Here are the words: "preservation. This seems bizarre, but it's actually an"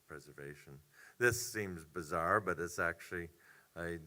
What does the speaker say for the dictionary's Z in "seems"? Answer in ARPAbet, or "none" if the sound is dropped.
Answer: Z